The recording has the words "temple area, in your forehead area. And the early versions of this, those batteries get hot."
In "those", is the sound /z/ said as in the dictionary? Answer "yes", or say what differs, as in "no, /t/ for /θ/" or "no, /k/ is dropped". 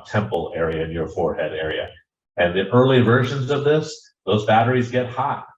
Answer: yes